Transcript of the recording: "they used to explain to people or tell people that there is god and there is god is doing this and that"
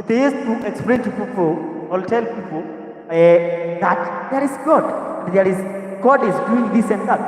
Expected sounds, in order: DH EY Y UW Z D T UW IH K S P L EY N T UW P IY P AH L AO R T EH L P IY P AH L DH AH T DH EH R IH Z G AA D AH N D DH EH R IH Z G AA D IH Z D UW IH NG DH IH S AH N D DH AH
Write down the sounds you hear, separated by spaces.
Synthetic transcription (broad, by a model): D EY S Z T UW IH K S P L EY N T UW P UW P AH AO L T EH L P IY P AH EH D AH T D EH R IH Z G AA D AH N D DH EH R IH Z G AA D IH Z D UW IH NG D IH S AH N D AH